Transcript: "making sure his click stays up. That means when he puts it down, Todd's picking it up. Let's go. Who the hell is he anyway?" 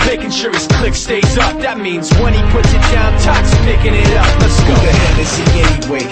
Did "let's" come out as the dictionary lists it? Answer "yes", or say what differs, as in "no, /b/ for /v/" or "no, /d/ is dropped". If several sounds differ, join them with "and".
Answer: no, /n/ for /l/